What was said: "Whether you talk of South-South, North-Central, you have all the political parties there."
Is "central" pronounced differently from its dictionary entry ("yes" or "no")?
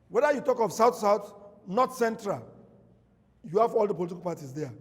no